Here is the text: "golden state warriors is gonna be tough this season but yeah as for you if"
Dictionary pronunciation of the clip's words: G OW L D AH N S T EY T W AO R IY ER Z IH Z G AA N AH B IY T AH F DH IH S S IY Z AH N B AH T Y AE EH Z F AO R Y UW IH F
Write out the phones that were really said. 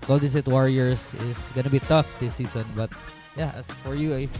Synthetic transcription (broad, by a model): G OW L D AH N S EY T W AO R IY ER S IH S G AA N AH B IY T AH F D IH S S IY S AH N B AH T Y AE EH S F AO R Y UW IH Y